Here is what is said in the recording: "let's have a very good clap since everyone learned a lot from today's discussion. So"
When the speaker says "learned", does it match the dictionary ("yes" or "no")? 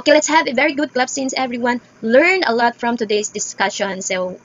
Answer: no